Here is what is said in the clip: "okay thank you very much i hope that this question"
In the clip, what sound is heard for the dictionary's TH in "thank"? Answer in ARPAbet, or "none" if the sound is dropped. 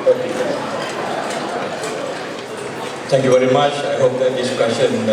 S